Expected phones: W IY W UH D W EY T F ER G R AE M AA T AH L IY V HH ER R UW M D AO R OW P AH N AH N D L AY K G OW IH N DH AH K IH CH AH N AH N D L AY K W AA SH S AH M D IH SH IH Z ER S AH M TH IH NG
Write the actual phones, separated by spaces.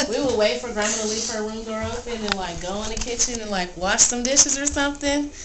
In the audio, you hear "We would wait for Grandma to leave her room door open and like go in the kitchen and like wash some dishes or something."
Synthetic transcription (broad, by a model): W IY W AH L W EY T F ER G R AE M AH L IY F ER W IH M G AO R OW P AH N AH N L AY K G OW IH N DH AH K IH CH AH N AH N L AY K W AA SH S AH M D IH SH IH Z ER S AH M TH IH NG